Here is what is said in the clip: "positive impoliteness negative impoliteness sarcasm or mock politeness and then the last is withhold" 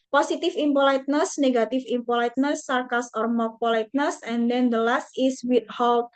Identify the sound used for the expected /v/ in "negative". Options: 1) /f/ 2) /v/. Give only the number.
1